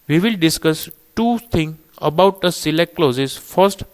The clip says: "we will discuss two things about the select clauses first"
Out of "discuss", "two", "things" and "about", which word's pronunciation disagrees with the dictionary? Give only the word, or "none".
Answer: things